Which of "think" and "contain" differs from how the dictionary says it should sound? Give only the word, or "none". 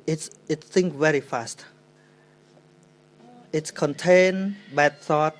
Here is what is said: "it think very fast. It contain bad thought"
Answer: think